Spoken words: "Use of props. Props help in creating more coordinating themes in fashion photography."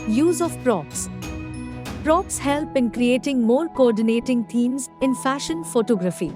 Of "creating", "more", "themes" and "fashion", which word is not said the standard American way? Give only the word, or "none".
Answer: themes